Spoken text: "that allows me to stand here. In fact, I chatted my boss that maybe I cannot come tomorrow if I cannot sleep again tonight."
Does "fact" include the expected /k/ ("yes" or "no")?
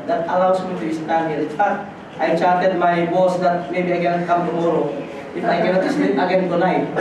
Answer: no